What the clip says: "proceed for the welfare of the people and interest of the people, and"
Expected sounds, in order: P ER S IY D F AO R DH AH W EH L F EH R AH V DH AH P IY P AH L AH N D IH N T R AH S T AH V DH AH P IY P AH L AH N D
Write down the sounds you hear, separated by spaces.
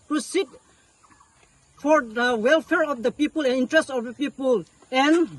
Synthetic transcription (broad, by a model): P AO S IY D F AO R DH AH W EH L F EH R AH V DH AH P IY P AH L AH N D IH N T R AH S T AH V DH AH P IY P AH L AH N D